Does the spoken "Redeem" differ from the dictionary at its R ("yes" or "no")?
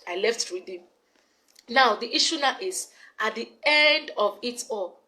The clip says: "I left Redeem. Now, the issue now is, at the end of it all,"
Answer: yes